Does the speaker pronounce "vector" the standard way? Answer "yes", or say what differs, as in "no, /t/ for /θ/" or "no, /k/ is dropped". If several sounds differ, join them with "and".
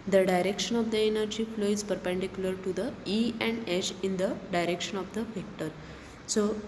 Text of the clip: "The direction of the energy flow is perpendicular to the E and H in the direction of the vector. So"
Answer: no, /f/ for /v/